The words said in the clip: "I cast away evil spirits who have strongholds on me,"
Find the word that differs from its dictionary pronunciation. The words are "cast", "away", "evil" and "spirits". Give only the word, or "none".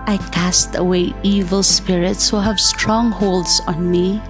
none